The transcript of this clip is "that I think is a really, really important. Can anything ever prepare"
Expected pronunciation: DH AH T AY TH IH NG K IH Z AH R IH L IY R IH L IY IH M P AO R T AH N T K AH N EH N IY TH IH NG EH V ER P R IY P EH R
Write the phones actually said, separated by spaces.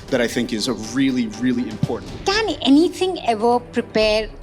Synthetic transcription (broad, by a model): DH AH T AY TH IH NG K IH Z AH R IH L IY R IH L IY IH M P AO R T N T K AH N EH N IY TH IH NG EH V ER P R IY P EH R